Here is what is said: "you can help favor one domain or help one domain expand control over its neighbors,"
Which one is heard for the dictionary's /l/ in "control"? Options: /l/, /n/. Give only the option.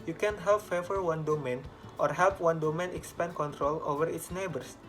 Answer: /l/